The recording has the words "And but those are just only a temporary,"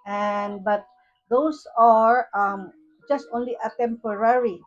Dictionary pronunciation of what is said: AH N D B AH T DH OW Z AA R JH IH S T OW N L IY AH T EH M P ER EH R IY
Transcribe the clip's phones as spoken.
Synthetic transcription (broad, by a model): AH N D B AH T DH OW S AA R JH IH S T OW N L IY AH T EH M P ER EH R IY